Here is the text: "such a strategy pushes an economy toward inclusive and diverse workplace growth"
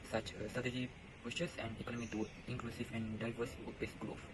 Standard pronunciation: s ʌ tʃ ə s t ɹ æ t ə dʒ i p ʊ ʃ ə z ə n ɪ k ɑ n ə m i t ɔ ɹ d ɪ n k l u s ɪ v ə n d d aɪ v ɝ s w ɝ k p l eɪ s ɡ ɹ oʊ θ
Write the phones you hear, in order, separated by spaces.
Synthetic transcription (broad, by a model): s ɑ tʃ ə s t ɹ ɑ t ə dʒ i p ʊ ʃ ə s ə n ɪ k ɑ n ə m i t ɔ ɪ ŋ k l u s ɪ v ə n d d aɪ v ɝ s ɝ p eɪ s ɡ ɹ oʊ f